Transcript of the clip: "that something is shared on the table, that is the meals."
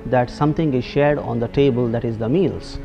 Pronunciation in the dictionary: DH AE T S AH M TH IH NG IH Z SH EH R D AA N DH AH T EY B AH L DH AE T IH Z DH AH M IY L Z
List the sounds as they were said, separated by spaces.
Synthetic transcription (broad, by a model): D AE T S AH M T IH NG IH Z SH EH R D AA N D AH T EY B AH L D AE T IH Z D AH M IY L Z